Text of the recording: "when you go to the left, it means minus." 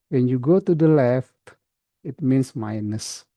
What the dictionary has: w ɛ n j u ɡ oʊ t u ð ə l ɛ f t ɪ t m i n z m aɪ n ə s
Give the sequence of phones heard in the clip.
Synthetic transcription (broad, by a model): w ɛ n j u ɡ oʊ t u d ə l ɛ f t ɪ t m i n s m aɪ n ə s